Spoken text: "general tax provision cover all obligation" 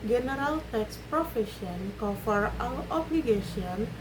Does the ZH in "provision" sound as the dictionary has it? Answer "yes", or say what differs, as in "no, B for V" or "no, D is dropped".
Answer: no, SH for ZH